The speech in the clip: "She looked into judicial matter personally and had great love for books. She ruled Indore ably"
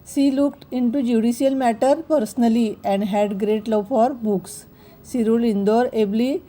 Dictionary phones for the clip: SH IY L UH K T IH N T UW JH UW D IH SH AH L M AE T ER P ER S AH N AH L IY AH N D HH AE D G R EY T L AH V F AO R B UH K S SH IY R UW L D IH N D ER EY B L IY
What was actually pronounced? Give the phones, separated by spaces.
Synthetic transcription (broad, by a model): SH IY L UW K T IH N T UW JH UW D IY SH AH L M AE T ER P ER S AH N AH L IY AH N D HH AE D G R EY T L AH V F AO R B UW K S IY R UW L IY N D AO EY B L IY